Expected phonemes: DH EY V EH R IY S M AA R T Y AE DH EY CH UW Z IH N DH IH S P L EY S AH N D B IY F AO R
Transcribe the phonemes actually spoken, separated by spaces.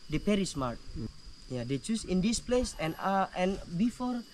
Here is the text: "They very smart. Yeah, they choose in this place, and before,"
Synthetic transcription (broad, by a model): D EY P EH R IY S M AA R T Y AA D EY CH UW S IH N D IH S P L EY S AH N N B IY F AO R